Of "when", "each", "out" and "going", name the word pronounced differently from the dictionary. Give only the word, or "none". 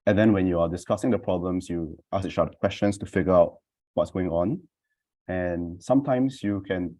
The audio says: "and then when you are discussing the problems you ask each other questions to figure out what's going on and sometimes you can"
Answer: each